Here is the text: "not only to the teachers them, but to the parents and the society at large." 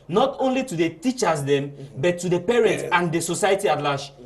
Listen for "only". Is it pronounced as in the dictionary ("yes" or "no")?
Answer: yes